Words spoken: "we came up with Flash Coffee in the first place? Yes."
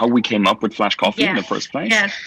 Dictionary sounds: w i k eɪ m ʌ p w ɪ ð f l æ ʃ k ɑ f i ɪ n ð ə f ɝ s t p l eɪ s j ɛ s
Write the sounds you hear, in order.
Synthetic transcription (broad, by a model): w i k eɪ m ʌ p w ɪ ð f l æ ʃ k ɑ f i ɪ n ð ə f ɝ s p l eɪ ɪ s